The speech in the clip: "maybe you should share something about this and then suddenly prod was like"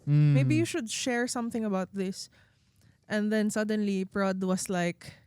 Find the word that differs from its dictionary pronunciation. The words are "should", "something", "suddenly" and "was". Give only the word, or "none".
was